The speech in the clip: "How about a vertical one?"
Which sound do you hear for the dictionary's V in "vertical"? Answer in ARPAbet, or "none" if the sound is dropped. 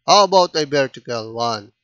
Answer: B